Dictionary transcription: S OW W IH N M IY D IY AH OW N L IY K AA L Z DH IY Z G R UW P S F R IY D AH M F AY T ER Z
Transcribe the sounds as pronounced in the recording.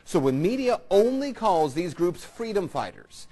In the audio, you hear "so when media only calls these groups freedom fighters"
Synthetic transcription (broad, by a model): S OW W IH N M IY D IY AH OW N L IY K AA L Z DH IY Z G R UW P S F R IY D AH M F AY T ER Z